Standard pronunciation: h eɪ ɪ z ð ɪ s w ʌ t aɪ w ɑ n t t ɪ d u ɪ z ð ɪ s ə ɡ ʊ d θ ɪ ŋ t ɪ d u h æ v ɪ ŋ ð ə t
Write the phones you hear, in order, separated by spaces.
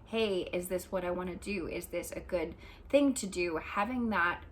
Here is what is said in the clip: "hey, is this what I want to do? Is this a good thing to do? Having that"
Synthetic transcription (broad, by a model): h eɪ ɪ z ð ɪ s w ʌ t aɪ w ɑ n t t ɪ d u ɪ z ð ɪ s ə ɡ ʊ d θ ɪ ŋ t ɪ d u h æ v ɪ ŋ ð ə t